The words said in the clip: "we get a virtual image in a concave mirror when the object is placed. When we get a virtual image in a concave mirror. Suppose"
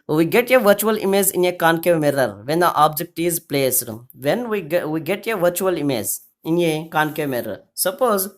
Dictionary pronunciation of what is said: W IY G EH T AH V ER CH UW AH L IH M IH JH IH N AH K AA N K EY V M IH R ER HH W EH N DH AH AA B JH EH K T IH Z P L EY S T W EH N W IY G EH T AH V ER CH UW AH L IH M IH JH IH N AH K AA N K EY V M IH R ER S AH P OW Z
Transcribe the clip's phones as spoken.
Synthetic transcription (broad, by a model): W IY G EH T AH V ER CH UW AH L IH M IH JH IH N AH K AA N K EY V M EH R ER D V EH N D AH AA B JH EH K T IH Z P L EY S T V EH N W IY G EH T AH V ER CH UW AH L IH M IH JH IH N AH K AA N K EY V M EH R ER S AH P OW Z